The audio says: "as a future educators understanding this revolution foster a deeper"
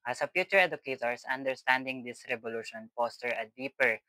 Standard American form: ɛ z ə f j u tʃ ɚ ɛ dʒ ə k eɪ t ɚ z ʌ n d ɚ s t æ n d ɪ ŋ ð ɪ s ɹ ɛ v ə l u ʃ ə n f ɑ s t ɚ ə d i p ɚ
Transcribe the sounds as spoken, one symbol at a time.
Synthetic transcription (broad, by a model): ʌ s ə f j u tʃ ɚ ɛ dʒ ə k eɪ t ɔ s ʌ n d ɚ s t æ n d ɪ ŋ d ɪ s ɹ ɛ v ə l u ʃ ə n p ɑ s t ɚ ə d i p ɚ